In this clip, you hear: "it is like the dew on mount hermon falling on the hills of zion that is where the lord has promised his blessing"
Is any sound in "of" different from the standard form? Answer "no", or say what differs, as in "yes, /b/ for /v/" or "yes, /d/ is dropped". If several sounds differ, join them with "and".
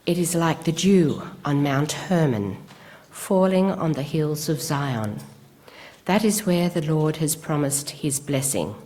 no